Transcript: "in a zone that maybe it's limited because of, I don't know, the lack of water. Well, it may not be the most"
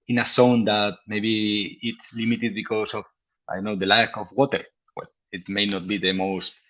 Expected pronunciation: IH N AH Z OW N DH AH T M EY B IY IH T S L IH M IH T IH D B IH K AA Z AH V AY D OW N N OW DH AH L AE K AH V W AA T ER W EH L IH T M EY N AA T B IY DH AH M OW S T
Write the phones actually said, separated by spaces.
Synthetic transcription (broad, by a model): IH N AH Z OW N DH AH T M EY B IY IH T S L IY M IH T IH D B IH K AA S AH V AY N N OW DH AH L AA K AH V W AA T ER W EH L IH T M EY N AA T B IY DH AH M OW S T